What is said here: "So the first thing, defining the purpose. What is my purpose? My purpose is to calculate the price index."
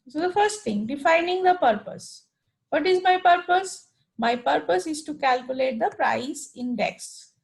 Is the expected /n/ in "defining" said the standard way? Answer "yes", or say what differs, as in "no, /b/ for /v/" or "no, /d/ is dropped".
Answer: yes